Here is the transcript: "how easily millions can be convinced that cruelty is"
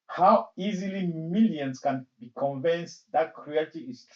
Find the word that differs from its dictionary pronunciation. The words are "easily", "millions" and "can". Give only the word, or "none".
millions